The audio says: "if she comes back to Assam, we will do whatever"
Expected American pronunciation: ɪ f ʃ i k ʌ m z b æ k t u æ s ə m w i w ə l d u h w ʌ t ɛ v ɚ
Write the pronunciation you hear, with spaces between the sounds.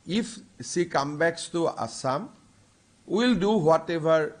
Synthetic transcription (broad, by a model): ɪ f s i k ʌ m b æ k t u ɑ s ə m w i l d u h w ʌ t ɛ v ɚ